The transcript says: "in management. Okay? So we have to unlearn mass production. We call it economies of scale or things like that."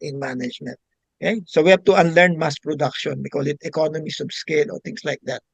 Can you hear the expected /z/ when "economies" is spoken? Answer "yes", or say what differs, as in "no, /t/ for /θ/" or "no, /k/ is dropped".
no, /s/ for /z/